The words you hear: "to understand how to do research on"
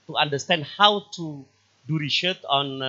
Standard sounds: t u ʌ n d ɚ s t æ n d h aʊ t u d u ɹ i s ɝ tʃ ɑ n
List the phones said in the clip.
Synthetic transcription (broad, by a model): t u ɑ n d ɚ s t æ n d h aʊ t u d u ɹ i ʃ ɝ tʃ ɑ n